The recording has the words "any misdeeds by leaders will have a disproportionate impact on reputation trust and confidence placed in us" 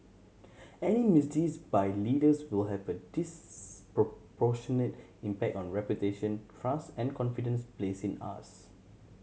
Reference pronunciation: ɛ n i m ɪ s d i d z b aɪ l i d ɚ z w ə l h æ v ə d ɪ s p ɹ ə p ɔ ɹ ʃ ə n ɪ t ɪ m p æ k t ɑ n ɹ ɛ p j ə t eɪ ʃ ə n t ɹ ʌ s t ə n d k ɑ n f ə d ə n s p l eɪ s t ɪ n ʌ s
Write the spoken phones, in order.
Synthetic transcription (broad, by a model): ɛ n i m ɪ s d i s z b aɪ l i d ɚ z w ə l h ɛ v ə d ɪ s p ɹ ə p ɔ ʃ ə n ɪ t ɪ m p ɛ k t ɑ n ɹ ɛ p j ə t eɪ ʃ ə n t ɹ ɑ s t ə n k ɑ n f ə d ə n s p l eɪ s ɪ n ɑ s